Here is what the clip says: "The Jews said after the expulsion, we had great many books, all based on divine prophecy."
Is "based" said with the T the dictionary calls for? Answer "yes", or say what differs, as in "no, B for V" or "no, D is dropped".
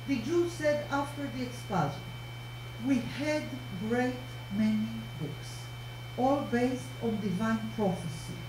yes